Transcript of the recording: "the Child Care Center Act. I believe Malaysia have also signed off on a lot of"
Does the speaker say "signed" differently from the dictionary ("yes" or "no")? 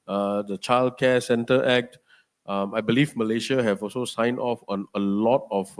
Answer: yes